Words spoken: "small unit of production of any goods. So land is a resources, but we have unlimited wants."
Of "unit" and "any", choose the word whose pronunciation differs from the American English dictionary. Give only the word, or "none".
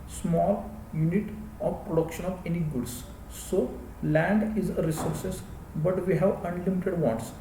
none